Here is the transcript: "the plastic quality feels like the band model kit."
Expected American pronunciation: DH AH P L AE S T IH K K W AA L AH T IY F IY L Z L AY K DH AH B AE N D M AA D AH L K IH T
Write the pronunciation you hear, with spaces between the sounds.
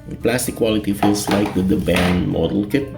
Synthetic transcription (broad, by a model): P L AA S T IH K K W AA L AH T IY F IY L S L AY K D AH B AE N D M AA D AH L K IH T